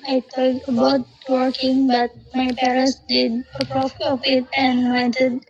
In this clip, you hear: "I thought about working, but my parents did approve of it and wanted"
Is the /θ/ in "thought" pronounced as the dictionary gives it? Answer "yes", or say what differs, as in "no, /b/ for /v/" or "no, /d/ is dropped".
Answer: no, /t/ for /θ/